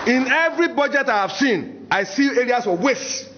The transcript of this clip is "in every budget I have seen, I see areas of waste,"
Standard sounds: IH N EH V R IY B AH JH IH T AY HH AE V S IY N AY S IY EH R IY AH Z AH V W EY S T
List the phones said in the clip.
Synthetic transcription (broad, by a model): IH N EH V R IY B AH JH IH T AY HH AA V S IY N AY S IY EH R IY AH S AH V W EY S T